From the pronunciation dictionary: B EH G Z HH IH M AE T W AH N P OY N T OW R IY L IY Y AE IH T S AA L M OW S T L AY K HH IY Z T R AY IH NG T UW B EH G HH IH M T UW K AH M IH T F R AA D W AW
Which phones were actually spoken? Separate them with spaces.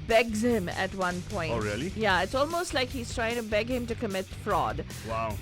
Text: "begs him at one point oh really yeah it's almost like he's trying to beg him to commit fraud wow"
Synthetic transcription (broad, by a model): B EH G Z HH IH M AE T W AH N P OY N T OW R IY L IY Y AE IH T S AA L M OW S T L AY K HH IY Z T R AY IH NG T UW B EH G HH IH M T UW K AH M IH T F R AA D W AW